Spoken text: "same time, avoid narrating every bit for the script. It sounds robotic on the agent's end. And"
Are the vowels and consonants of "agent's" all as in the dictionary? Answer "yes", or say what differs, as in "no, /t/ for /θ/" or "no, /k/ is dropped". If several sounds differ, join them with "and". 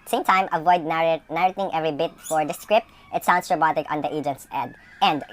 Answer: yes